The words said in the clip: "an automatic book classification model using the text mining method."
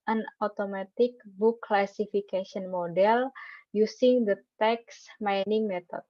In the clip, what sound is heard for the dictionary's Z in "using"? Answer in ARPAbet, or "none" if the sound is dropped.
S